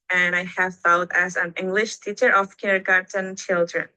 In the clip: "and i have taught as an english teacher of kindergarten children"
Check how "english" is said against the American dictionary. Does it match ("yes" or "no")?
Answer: yes